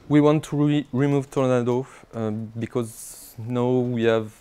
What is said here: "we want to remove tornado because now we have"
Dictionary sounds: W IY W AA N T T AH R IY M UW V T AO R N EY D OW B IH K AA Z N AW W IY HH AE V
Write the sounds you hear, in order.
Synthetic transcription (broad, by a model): W IY W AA N T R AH R IY M UW V T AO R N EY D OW B IH K AA Z N AW W IY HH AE V